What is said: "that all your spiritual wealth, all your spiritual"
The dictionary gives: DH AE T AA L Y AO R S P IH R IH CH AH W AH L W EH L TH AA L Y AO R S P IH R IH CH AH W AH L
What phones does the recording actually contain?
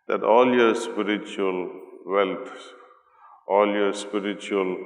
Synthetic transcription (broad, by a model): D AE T AA L Y AO R S P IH R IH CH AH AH L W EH L T AA L Y AO R S P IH R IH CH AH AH L